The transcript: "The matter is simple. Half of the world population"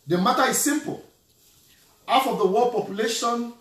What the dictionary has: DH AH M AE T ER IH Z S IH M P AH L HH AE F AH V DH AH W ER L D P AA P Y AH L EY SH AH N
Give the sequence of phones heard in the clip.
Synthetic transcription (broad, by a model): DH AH M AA T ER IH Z S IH M P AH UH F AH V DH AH W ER D P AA P Y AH L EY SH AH N